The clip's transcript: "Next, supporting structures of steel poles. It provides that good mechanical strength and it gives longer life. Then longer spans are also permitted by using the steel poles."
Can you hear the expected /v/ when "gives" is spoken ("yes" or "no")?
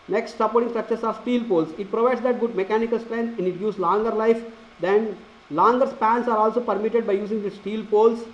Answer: no